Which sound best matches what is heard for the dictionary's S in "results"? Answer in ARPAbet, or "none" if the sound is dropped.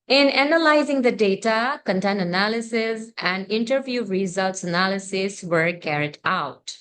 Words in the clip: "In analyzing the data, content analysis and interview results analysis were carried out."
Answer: S